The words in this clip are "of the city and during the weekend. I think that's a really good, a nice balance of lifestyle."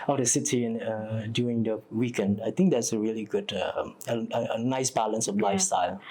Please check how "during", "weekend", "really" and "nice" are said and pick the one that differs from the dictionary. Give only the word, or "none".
during